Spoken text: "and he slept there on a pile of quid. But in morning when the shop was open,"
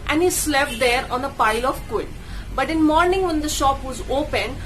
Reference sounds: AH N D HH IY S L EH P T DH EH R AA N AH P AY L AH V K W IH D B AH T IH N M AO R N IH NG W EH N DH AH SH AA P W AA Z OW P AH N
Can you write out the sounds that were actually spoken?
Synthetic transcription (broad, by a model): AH N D HH IY S L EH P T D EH R AA N AH P AY L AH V K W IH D B AH T IH N M AO R N IH NG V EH N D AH SH AA P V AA Z OW P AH N